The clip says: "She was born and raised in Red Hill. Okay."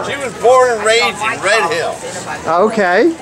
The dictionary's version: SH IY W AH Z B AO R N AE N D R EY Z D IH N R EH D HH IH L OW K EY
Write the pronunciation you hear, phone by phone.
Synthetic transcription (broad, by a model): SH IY W AH Z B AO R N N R EY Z IH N R EH D HH IH L OW K EY